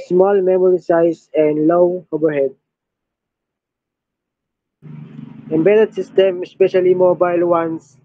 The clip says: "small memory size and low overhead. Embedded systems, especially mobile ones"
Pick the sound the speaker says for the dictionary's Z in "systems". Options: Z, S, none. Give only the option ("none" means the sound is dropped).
none